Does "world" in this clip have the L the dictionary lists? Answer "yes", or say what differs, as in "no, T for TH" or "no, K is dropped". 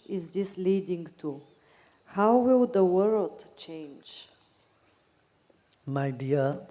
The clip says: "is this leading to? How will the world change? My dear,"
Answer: yes